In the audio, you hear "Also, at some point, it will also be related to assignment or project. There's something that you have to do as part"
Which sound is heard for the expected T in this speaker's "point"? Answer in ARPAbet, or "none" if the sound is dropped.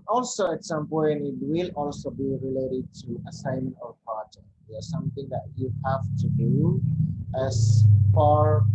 none